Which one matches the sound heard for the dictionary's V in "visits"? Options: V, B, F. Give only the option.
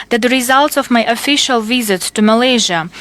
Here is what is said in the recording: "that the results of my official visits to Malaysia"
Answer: V